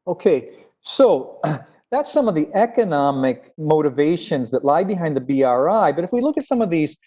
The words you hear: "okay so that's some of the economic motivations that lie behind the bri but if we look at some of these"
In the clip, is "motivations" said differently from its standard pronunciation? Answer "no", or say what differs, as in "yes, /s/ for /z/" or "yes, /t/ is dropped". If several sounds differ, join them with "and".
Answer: no